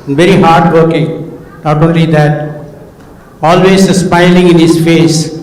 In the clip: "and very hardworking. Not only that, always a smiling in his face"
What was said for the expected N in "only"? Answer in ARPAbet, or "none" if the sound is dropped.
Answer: N